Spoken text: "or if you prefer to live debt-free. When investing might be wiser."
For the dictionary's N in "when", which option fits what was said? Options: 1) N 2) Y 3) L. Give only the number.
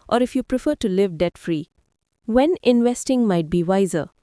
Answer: 1